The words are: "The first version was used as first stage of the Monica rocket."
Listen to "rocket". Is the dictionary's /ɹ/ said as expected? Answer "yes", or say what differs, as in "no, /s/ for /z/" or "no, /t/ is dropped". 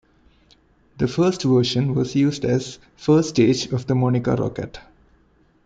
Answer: yes